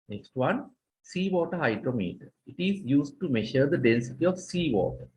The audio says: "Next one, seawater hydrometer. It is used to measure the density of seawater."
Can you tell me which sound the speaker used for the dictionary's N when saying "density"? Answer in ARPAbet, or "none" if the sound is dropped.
N